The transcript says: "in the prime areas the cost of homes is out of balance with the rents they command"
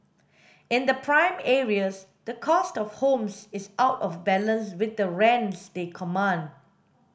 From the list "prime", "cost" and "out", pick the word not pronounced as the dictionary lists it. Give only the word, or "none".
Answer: none